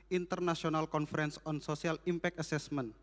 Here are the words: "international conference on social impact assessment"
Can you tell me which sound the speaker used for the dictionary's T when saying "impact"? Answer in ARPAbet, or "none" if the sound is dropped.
none